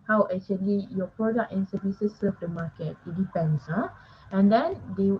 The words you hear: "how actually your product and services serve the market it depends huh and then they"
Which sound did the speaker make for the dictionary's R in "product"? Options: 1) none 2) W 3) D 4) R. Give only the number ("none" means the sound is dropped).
4